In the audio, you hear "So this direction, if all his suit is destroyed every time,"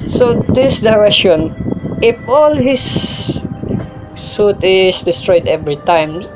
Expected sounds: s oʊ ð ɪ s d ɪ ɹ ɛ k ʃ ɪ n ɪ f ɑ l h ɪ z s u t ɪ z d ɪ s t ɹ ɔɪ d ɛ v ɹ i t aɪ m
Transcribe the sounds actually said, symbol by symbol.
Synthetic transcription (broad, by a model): s oʊ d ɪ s d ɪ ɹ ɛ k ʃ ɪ n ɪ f ɑ l h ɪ s u t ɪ s d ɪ s t ɹ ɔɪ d ɛ v ɹ i t aɪ m